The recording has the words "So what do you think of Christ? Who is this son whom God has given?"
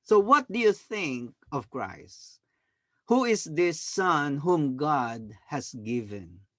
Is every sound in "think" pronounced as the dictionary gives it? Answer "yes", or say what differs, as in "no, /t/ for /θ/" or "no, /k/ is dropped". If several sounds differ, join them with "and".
yes